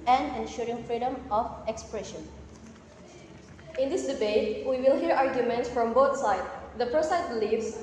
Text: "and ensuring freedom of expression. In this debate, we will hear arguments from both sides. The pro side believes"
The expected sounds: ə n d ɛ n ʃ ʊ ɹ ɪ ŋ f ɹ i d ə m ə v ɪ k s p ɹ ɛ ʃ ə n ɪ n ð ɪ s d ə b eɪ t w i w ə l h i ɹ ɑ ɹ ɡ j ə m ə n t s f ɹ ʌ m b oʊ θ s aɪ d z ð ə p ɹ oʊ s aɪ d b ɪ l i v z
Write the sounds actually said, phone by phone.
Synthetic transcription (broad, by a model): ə n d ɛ n ʃ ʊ ɹ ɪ ŋ f ɹ i d ə m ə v ɪ k s p ɹ ɛ ʃ ə n ɪ n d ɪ s d ə b eɪ t w i w ə l h i ɹ ɑ ɹ ɡ j ə m ə n t s f ɹ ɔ m b oʊ t s aɪ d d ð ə p ɹ oʊ s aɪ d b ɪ l i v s